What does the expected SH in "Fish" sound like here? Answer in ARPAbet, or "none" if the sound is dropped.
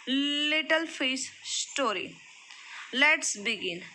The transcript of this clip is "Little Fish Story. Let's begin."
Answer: S